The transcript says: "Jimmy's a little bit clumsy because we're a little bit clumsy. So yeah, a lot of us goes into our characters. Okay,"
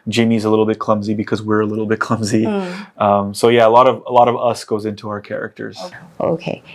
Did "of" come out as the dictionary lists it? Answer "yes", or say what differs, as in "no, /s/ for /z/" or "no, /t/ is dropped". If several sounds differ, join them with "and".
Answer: yes